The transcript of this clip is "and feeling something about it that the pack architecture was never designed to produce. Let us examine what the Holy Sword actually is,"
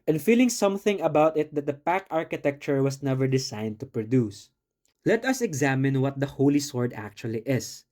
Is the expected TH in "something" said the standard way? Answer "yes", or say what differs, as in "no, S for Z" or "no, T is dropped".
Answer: yes